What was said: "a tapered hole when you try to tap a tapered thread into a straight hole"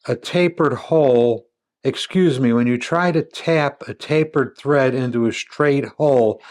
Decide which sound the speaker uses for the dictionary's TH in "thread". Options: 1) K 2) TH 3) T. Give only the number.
2